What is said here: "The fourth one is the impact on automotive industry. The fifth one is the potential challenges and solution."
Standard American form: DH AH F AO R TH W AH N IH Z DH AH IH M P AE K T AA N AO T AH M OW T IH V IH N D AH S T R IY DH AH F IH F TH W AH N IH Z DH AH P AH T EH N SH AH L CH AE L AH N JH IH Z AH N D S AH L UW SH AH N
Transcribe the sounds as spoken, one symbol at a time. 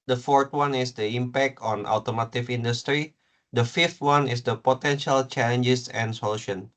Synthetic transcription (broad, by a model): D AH F AO R T W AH N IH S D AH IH M P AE K T AA N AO T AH M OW T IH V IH N D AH S T R IY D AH F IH F T W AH N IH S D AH P AH T EH N SH AH L CH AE L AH N JH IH S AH N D S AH L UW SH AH N